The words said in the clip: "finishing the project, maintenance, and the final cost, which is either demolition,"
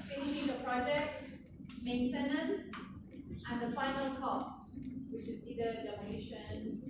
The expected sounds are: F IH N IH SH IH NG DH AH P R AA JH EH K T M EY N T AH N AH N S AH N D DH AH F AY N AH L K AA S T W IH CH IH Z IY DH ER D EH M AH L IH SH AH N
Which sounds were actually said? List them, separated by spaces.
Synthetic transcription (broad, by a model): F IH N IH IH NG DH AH P R AA JH EH K T M EY N T AH N AH N S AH N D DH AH F AY N AH L K AA S T W IH CH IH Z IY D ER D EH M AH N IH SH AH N